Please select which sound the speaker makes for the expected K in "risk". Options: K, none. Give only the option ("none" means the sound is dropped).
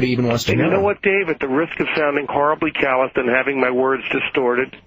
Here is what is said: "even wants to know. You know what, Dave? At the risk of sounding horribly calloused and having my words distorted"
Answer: K